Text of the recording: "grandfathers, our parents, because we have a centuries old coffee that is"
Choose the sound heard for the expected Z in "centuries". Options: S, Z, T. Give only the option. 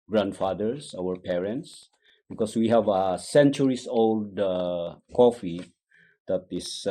S